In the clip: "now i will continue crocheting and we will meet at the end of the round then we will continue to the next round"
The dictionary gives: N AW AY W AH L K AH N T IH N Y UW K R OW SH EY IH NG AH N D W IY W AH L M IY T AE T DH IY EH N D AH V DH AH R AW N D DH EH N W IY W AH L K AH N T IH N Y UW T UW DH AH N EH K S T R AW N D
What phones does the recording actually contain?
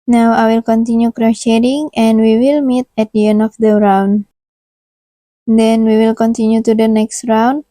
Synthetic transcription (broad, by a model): N AW AY W AH L K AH N T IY N Y UW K R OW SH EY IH NG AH N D W IY W AH L M IY T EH T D IY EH N AH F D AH R AW N D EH N W IY W AH L K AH N T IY N Y UW T UW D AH N EH K S T R AW N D